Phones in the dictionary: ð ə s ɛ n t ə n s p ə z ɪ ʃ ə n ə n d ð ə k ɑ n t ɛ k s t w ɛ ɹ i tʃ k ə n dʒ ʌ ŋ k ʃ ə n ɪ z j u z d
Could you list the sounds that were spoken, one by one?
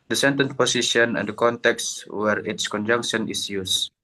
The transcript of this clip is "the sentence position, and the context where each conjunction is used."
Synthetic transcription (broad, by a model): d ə s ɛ n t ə n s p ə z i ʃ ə n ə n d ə k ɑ n t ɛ k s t w ɛ ɹ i s k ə n dʒ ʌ ŋ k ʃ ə n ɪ s j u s